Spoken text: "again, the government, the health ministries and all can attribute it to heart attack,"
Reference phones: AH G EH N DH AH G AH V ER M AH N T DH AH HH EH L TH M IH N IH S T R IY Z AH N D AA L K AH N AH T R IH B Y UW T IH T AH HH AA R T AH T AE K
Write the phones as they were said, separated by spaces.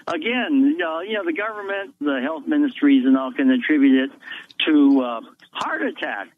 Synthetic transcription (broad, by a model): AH G EH N DH AH G AH V ER M AH N T DH AH HH EH L TH M IH N IH S T R IY Z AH N AA L K AH N AH T R IH B Y UW T IH T AH HH AA R T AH T AE K